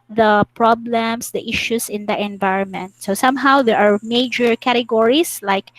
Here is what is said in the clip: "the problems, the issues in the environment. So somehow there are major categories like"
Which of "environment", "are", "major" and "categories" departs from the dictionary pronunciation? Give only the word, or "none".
categories